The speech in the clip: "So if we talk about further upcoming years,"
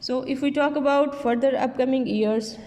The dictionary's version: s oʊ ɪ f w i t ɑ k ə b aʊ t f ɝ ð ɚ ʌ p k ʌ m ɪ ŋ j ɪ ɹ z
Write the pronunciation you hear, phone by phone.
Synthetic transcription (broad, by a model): s oʊ ɪ f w i t ɑ k ə b aʊ t f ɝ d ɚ ʌ p k ʌ m ɪ ŋ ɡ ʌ ɹ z